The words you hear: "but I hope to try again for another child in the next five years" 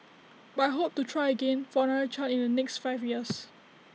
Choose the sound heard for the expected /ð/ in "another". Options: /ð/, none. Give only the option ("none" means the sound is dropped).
none